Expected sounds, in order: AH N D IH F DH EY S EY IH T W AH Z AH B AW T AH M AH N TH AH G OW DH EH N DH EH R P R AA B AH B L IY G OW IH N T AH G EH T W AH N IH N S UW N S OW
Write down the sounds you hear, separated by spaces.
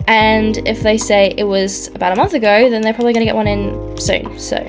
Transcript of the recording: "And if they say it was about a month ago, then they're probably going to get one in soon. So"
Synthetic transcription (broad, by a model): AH N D IH F DH EY S EY IH T W AH Z AH B AW T AH M AH N TH AH G OW DH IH N DH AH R P R AA B AH B L IY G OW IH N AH G EH T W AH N IH N S UW N S OW